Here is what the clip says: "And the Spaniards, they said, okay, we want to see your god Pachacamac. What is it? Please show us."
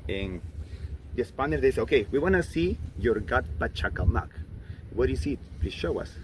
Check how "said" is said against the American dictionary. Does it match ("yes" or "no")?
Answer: no